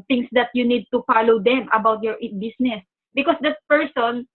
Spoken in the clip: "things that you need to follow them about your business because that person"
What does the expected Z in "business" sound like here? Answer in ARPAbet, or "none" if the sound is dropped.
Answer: S